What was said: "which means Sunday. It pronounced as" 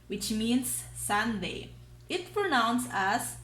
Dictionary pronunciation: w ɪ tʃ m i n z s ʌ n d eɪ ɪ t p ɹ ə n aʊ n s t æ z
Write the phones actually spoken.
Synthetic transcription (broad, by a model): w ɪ tʃ m i n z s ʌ n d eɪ ɪ t p ɹ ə n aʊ n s æ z